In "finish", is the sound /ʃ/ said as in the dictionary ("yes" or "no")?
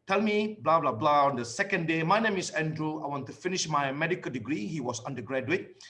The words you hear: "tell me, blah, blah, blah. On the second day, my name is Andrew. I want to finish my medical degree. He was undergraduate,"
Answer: yes